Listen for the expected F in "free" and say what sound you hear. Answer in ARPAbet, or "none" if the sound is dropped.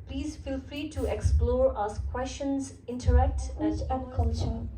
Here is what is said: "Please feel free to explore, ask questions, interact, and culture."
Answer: F